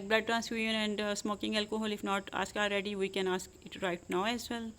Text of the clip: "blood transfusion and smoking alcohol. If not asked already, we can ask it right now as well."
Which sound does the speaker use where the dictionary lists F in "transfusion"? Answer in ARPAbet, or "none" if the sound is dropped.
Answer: none